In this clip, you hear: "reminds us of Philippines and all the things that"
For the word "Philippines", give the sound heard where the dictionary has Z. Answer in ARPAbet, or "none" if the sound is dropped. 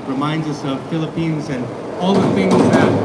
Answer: Z